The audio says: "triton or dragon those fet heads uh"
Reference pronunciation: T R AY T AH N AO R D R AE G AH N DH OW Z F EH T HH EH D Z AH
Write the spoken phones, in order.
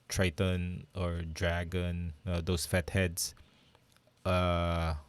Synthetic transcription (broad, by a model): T R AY T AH N AO R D R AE G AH N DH OW S F EH T HH EH D S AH